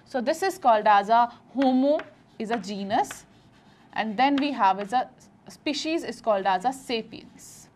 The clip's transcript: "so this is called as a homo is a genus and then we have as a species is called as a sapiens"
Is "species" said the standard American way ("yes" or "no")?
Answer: yes